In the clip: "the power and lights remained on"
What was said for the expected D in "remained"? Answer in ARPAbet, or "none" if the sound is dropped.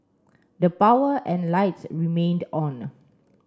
D